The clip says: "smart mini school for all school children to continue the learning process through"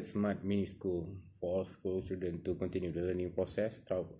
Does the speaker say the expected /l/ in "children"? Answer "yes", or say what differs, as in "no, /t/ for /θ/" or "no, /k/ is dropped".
no, /l/ is dropped